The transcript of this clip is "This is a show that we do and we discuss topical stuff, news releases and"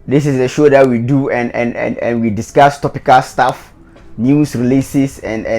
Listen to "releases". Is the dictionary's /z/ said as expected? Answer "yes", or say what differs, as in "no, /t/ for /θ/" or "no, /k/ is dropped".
no, /s/ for /z/